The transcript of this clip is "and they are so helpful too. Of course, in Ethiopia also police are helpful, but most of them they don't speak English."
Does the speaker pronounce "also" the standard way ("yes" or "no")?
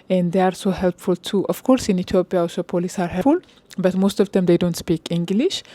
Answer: no